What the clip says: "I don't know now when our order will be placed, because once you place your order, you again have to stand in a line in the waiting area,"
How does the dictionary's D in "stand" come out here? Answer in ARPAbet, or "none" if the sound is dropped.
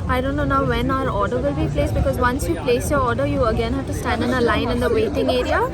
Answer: D